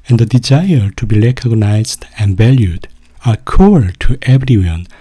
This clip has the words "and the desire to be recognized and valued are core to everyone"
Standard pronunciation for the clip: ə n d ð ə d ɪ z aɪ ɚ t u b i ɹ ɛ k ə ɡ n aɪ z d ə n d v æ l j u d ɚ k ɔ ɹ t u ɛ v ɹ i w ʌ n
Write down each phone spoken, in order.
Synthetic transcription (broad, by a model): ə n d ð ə d ɪ z aɪ ɚ t u b i l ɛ k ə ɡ n aɪ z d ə n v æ l j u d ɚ k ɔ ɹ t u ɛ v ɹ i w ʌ n